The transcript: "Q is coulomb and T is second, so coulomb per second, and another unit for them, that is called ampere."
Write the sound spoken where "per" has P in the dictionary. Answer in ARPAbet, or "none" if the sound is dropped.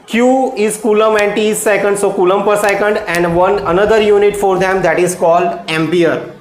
P